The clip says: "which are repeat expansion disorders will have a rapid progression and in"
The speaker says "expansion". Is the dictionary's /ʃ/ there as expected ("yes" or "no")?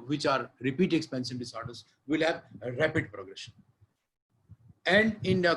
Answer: no